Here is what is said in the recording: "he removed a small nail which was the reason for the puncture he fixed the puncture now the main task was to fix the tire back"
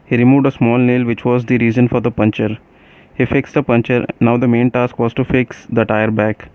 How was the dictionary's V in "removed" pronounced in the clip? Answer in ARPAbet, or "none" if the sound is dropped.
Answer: V